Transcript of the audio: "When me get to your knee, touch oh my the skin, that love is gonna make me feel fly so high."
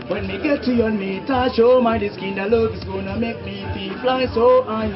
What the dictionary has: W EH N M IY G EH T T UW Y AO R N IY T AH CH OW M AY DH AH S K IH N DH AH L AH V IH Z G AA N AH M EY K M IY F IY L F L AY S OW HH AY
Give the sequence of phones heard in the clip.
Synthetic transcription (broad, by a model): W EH N M IY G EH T T UW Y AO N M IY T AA SH OW M AY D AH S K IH N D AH L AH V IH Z G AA N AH M EY K M IY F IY F L AY S OW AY